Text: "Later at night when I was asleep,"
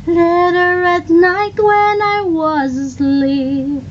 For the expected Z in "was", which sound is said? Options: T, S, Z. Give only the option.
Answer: Z